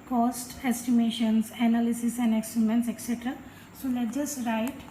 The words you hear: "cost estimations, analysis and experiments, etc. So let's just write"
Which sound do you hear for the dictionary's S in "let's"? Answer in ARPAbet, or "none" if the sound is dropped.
none